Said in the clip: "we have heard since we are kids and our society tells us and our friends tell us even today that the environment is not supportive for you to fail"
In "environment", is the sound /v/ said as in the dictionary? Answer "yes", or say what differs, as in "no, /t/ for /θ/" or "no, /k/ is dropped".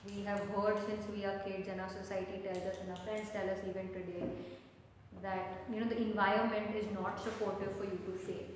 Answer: yes